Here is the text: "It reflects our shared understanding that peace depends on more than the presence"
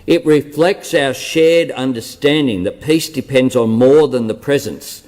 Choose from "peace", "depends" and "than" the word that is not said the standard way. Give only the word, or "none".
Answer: none